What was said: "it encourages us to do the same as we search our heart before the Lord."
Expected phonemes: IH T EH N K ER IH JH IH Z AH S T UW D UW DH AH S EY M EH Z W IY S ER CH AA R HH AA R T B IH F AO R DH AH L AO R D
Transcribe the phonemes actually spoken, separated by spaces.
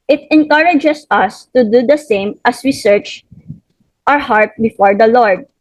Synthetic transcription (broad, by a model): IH T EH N K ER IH JH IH S AH S T UW D UW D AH S EY M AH S W IY S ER CH AA R HH AA R T B IH F AO R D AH L AO R D